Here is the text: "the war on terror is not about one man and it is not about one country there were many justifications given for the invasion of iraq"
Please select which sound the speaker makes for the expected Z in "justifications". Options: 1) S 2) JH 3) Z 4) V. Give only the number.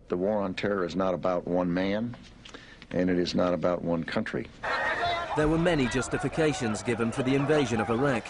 3